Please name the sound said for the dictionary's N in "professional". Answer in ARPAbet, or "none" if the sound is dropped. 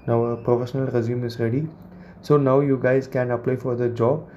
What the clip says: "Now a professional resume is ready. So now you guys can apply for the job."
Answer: N